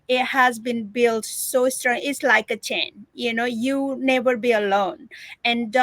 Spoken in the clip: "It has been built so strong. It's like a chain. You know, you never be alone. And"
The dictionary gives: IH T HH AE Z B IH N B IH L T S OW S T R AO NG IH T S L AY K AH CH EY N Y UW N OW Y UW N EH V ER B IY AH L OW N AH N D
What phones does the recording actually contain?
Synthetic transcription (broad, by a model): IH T HH AE Z B IH N B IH L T S OW S T R AO NG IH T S L AY K AH CH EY N Y UW N OW Y UW N EH V ER B IY AH L OW N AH N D